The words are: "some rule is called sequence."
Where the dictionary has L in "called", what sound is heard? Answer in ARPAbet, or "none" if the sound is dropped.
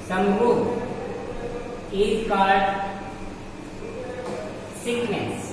none